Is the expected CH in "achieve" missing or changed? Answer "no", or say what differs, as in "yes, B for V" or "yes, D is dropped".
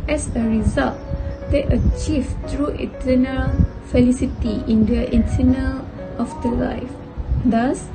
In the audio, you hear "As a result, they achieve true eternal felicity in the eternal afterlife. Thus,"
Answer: no